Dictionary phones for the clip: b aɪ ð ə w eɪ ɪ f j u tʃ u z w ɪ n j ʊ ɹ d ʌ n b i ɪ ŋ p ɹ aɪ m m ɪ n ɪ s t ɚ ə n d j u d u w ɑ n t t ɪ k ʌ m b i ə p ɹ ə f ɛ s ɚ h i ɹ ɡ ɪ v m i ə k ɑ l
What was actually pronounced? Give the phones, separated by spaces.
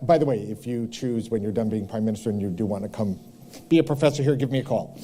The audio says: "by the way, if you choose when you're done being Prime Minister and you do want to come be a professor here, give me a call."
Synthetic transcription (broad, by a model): b aɪ ð ə w eɪ ɪ f j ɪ tʃ u z w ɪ n j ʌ ɹ d ʌ n b i ɪ ŋ p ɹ aɪ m m ɪ n ɪ s t ɚ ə n j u d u w ɑ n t t ɪ k ʌ m b i ə p ɹ ə f ɛ s ɚ h i ɹ ɡ ɪ v m i ə k ɑ l